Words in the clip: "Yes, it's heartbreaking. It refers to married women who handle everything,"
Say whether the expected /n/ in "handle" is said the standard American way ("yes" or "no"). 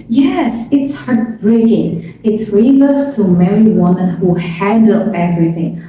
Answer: no